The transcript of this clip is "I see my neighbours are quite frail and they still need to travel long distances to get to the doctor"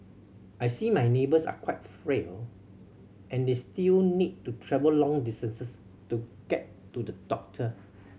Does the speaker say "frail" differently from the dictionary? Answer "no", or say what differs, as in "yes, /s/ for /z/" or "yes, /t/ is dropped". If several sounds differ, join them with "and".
no